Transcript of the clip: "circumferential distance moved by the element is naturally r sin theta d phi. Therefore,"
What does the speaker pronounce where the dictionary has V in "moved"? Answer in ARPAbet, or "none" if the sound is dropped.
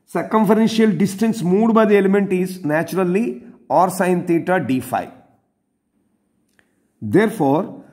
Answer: none